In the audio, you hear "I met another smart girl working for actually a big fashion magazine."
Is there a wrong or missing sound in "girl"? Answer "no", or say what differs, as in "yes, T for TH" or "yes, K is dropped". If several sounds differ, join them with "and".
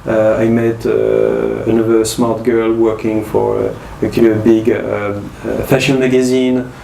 no